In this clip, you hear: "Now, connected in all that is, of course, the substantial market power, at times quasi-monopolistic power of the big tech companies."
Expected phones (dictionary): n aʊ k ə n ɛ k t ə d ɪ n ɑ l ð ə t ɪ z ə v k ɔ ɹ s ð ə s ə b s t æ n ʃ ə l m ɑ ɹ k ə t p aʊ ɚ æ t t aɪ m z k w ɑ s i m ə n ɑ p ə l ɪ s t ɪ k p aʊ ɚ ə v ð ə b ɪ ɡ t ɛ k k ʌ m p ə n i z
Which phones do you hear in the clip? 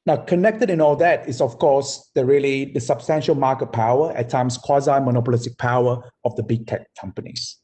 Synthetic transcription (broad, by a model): n aʊ k ə n ɛ k t ə d ɪ n ɑ l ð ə t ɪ s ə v k ɔ ɹ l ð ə s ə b s t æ n ʃ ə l m ɑ k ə t p aʊ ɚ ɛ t t aɪ m s k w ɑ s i m ə n ɑ p ə l ɪ s t ɪ k p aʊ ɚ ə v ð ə b ɪ ɡ t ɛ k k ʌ m p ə n i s